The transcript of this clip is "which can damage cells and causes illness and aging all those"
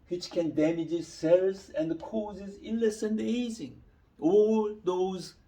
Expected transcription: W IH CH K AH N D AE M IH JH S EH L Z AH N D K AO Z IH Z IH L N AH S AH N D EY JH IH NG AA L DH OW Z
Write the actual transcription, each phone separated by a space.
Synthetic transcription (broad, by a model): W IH CH K AH N D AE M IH JH S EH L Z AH N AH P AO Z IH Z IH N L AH S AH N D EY Z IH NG AA L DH OW Z